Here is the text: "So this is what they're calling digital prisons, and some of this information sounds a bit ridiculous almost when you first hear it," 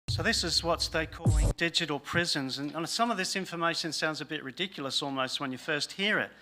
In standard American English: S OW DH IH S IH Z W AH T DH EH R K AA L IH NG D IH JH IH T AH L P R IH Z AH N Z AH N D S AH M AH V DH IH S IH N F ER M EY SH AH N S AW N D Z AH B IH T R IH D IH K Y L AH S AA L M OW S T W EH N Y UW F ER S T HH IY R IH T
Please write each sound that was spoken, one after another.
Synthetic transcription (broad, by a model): S OW DH IH S IH Z W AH T DH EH K AA L IH NG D IH JH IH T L P R IH Z AH N Z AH N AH S AH M AH V DH IH S IH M F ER M EY SH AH N S AW N D Z AH B IH T R IH D IH K Y L AH S AA L M OW S T W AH N Y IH F ER S T HH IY R IH T